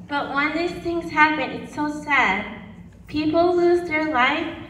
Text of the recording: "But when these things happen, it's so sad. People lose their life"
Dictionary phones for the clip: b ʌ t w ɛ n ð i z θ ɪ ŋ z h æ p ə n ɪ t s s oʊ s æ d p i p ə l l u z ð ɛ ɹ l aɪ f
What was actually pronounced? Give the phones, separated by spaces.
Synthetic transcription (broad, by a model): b ʌ t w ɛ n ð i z θ ɪ ŋ z h æ p ə n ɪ t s s oʊ s æ d p i p l l u z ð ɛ ɹ l aɪ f